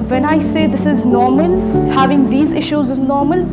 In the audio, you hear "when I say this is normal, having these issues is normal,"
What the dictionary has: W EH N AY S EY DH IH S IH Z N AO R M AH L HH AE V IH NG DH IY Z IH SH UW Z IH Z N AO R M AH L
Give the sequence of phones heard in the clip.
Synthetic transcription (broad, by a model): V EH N AY S EY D IH S IH Z N AO R M AH L HH AE V IH NG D IY Z IH SH UW Z IH Z N AO R M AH L